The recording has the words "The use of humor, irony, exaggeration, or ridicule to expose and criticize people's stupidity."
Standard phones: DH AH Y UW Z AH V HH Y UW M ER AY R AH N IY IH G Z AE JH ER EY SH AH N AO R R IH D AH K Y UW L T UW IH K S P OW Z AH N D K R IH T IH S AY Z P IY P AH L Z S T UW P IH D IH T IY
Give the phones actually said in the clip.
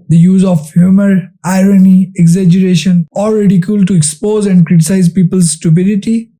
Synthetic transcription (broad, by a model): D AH Y UW Z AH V HH Y UW M ER AY R AH N IY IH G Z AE JH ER EY SH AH N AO L R IH D AH K Y UW L T UW IH K S P OW Z AH N D K R IH T IH S AY Z P IY P AH L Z S T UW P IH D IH T IY